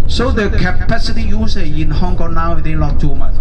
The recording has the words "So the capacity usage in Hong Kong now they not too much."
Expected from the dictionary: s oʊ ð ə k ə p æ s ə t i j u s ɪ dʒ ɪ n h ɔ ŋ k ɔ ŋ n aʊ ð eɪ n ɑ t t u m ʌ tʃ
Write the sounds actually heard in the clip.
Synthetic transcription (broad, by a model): s oʊ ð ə k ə p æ s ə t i j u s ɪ ɪ n h ɔ ŋ k ɔ ŋ n aʊ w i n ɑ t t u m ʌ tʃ